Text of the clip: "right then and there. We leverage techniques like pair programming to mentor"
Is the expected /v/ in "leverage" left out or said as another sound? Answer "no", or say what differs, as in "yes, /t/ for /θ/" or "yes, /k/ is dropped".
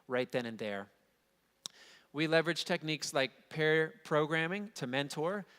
no